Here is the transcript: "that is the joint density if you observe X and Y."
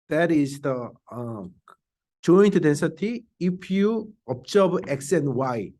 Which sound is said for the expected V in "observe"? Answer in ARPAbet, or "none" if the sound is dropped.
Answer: B